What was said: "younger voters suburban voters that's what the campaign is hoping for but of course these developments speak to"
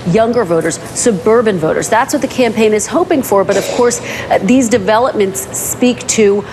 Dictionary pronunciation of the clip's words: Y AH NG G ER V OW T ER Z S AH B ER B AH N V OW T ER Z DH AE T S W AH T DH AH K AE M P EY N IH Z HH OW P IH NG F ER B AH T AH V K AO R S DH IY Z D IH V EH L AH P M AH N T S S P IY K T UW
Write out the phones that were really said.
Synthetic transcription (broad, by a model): Y AH NG G ER V OW T ER Z S AH B ER B AH N V OW T ER Z DH AE T S W AH T DH AH K AE M P EY N IH Z HH OW P IH NG F ER B AH T AH V K AO R S DH IY Z D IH V EH L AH P M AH N T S S P IY K T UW